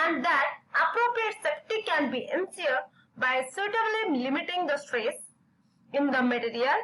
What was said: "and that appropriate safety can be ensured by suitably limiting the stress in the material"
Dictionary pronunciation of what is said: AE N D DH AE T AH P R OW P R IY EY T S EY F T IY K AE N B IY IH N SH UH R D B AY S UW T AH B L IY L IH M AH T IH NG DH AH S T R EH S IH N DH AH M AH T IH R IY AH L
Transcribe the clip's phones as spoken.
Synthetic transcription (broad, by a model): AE N D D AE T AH P R OW P R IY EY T S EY P T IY K AE N B IY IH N S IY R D B AY S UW T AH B L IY L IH M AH T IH NG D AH S T R EH S IH N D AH M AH T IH R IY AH L